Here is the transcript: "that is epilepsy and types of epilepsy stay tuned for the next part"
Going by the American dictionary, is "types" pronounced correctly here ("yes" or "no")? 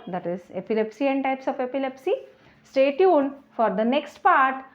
yes